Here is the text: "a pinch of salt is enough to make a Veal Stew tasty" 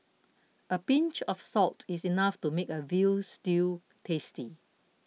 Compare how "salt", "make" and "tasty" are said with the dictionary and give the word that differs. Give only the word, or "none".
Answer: none